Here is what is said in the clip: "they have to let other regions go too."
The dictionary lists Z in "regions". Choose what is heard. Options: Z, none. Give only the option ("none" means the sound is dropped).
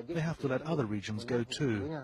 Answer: Z